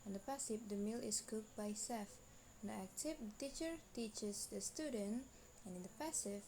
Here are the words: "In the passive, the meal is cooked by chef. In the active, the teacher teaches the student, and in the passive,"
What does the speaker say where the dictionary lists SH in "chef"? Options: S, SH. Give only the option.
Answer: S